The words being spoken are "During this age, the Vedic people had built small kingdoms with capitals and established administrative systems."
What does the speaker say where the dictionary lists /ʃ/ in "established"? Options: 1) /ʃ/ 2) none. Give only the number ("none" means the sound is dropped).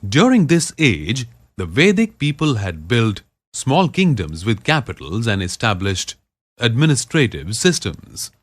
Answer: 1